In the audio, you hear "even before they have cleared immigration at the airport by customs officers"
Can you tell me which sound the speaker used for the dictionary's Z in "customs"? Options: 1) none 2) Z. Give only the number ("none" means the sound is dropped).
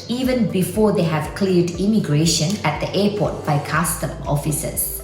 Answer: 1